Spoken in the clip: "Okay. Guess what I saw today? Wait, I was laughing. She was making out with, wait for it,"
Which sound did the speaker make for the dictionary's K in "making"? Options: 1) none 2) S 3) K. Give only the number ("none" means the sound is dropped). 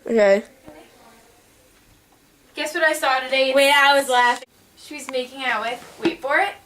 3